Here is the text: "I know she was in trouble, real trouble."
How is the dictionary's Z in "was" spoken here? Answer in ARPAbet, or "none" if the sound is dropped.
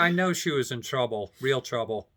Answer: Z